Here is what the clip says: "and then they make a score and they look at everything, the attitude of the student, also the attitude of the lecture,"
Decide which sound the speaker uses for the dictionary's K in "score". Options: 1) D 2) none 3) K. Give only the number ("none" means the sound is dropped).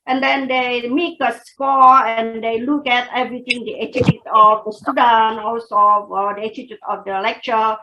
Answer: 3